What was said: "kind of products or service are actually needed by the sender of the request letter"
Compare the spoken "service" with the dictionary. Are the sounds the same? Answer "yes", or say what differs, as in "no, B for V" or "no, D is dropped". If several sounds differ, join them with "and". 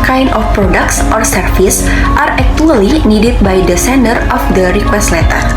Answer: no, F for V